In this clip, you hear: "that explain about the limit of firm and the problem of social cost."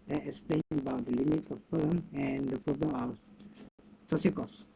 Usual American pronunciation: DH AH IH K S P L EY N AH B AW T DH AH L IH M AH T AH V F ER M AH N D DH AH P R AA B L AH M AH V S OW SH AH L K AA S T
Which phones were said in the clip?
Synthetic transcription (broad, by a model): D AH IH K S P L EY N AH B AW T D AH L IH M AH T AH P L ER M AH N D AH P R AA B L AH M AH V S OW S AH K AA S